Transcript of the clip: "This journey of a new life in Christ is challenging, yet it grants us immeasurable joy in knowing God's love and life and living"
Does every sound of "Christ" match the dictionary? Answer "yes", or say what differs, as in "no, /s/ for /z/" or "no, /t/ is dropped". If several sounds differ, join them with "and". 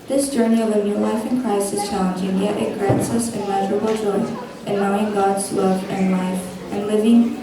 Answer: no, /t/ is dropped